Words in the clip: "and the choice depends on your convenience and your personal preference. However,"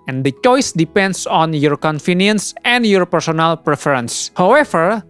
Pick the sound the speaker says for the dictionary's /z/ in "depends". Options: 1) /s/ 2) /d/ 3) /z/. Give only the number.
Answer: 1